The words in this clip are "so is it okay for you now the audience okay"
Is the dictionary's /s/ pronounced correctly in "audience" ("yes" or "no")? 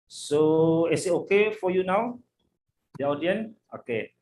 no